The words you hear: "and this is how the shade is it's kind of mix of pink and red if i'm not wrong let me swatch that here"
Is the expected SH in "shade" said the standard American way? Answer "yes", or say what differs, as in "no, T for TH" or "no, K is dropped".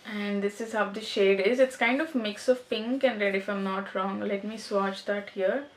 yes